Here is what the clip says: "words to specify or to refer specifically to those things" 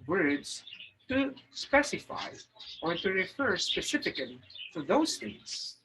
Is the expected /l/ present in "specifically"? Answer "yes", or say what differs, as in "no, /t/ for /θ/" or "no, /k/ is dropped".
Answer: no, /l/ is dropped